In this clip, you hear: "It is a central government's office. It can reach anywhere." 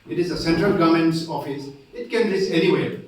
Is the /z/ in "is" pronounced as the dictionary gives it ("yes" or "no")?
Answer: yes